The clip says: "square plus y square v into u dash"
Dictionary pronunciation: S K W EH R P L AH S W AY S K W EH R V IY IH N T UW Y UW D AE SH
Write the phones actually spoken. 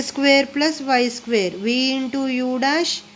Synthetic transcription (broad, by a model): S K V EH R P L AH S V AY S K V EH R V IY IH N T UW Y UW D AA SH